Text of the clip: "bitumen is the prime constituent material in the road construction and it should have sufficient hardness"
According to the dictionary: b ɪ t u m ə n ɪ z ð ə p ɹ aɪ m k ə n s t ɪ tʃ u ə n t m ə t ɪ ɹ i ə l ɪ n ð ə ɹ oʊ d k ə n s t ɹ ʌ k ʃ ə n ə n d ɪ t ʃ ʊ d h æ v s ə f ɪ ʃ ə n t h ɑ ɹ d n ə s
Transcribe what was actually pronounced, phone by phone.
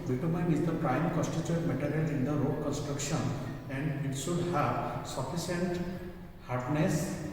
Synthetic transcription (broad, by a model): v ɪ t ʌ m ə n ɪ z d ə p ɹ aɪ m k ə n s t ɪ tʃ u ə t m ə t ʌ ɹ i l ɪ n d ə ɹ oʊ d k ə n s t ɹ ʌ k ʃ ə n ə n d ɪ t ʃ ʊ d h æ v s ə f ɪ s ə n t h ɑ ɹ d n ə s